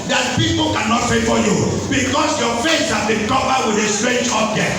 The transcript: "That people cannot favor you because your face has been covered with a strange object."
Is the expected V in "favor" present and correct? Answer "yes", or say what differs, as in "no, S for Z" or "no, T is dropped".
no, F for V